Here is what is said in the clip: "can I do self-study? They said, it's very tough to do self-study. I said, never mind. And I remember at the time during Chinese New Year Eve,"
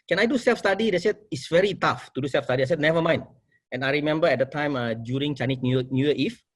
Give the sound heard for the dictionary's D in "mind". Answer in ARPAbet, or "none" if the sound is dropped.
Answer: none